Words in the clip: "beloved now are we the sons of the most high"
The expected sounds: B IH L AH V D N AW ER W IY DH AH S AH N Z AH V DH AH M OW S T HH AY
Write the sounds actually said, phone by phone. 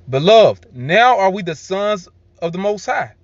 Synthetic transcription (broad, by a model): B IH L AH V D N AW ER W IY DH AH S AH N Z AH V DH AH M OW S T HH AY